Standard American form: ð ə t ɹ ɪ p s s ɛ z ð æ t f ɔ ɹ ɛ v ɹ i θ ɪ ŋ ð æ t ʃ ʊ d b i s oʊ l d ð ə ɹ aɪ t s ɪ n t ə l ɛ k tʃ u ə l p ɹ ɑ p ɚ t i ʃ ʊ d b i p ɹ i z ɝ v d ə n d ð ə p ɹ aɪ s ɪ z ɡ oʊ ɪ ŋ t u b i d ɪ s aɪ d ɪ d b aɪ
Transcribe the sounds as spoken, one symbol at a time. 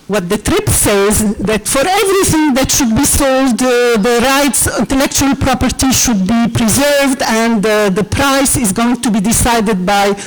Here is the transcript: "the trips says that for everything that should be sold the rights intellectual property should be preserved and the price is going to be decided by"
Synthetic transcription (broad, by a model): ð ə t ɹ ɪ p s s ɛ z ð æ t f ɔ ɹ ɛ v ɹ i θ ɪ ŋ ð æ t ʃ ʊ d b i s oʊ l d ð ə ɹ aɪ t s ɪ n t ə l ɛ k tʃ u ə l p ɹ ɑ p ɚ t i ʃ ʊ d b i p ɹ i z ɝ v d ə n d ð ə p ɹ aɪ s ɪ z ɡ oʊ ɪ ŋ t u b i d ɪ s aɪ d ɪ d b aɪ